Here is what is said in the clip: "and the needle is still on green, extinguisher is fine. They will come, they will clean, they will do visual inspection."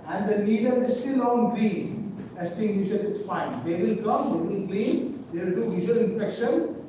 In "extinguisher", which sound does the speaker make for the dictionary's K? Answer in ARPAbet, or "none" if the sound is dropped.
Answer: none